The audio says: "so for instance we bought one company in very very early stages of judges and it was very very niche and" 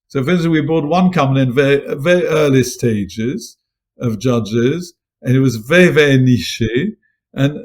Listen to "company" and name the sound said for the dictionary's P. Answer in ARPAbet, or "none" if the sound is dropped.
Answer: none